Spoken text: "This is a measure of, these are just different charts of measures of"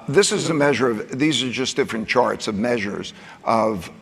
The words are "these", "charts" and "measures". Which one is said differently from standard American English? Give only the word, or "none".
none